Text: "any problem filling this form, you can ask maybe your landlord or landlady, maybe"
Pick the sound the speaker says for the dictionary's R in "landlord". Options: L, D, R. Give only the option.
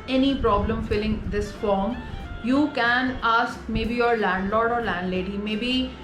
R